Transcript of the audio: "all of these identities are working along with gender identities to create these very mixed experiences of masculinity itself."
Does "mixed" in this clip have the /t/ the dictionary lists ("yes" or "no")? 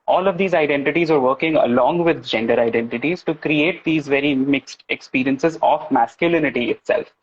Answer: yes